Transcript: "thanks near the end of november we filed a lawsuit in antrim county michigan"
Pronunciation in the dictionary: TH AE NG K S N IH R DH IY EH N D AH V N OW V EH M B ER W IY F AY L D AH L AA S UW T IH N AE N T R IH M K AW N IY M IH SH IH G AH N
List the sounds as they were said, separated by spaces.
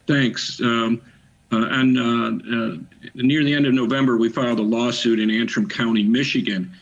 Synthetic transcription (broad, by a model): TH AE NG K S N IH R DH IY EH N D AH V N OW V EH M B ER W IY F AY L D AH L AA S UW T IH N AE N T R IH M K AW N IY M IH SH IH G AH N